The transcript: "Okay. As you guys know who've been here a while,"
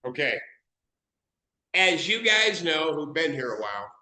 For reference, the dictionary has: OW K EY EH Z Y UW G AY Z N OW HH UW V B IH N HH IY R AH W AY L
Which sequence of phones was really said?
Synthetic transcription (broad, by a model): OW K EY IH Z Y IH G AY Z N OW HH UW V B IH N HH IY R AH W AY L